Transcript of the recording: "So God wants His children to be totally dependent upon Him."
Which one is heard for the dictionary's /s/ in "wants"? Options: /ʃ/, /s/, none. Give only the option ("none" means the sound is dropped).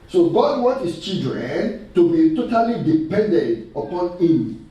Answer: none